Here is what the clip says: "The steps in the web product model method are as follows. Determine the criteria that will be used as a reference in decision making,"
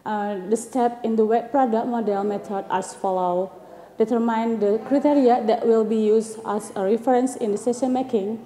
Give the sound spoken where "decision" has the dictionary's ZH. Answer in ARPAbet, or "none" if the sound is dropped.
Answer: S